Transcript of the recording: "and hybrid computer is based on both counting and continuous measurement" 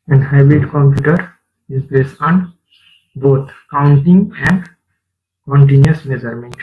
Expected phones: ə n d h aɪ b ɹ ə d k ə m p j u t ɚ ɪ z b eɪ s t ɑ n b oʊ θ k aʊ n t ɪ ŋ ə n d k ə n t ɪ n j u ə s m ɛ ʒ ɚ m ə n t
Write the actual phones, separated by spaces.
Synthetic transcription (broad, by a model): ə n h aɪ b ɹ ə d k ə m p j u t ɚ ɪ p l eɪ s ɑ n b oʊ t k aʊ n t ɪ ŋ ə n d k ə n t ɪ n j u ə s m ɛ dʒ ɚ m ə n